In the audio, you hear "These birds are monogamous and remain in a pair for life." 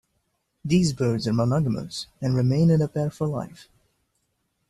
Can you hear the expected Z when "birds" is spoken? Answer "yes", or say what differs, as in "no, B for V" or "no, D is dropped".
yes